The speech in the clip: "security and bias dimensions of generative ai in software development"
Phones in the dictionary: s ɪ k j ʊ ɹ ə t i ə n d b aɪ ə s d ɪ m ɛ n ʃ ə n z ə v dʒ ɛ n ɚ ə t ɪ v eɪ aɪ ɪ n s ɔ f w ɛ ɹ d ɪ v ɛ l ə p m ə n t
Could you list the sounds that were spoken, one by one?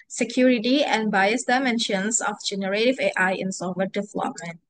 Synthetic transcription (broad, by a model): s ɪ k j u ɹ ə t i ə n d b aɪ ə s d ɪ m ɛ n ʃ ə n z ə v dʒ ɛ n ɚ ə t ɪ v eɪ aɪ ɪ n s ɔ w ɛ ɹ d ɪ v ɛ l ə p m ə n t